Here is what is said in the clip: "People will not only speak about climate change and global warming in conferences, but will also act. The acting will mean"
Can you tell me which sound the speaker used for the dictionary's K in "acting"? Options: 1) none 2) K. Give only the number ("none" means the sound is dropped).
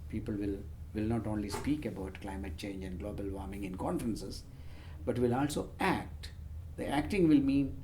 2